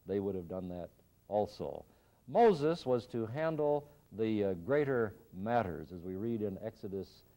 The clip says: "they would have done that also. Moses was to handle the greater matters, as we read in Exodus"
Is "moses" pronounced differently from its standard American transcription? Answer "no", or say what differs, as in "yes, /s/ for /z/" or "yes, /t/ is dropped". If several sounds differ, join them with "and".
no